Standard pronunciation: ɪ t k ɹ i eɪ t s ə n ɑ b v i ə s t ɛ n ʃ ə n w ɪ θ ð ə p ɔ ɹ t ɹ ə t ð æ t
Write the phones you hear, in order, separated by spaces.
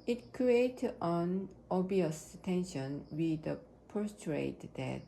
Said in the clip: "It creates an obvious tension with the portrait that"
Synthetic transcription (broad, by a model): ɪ t k ɹ i eɪ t ə n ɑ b i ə s t ɛ n ʃ ə n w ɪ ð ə p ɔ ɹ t ɹ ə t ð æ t